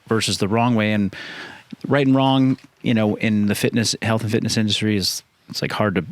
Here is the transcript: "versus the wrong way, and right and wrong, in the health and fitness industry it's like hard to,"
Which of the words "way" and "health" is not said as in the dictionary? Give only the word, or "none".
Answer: none